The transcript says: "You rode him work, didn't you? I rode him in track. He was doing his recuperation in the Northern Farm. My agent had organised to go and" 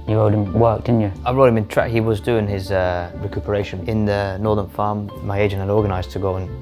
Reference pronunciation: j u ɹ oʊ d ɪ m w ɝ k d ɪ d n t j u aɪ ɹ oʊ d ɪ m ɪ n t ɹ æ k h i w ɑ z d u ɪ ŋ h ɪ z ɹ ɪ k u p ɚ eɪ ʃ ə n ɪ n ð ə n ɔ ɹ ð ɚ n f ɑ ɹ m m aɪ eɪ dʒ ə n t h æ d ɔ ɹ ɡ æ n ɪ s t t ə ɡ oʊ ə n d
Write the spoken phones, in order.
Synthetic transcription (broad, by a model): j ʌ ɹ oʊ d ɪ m w ɝ k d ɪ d n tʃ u aɪ ɹ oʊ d ɪ m ɪ n t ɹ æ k h i w ɑ z d u ɪ ŋ ɪ z ɹ ɪ k u p ɚ eɪ ʃ ə n ɪ n ð ə n ɔ ɹ ð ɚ n f ɑ ɹ m m aɪ eɪ dʒ ə n t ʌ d ɔ ɹ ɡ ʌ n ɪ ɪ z t ə ɡ oʊ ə n